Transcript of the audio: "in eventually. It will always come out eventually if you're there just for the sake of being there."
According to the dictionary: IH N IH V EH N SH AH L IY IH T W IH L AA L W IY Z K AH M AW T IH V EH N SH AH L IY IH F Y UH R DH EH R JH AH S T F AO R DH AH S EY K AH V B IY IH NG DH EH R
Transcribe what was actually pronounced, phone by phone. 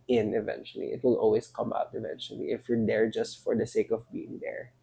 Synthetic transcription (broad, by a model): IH N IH V EH N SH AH L IY IH T W IH L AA L W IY S K AH M AW T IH V EH N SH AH L IY IH F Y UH R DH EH R JH AH S T F AO R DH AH S EY K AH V B IY IH NG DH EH R